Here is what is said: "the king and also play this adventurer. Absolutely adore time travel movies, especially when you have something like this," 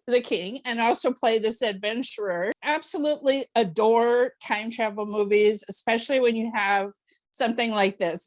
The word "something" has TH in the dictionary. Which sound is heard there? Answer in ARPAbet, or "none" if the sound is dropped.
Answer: TH